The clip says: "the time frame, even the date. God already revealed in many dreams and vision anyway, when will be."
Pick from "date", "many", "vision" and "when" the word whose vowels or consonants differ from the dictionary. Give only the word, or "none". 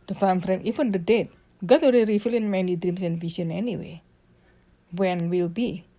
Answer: vision